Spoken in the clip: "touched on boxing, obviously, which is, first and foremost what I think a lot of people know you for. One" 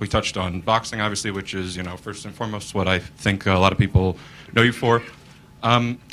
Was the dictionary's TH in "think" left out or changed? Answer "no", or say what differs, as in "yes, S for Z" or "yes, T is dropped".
no